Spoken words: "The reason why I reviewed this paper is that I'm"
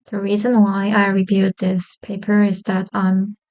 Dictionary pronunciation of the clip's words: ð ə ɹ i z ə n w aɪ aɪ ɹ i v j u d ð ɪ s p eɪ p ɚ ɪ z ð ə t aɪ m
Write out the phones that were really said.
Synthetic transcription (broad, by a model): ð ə ɹ i z ə n w aɪ aɪ ɹ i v j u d ð ɪ s p eɪ p ɚ ɪ z ð ə t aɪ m